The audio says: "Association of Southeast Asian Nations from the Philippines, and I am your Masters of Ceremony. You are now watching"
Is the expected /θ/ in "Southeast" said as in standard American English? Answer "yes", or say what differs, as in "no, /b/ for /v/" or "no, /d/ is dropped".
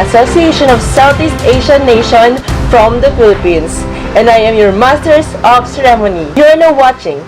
no, /t/ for /θ/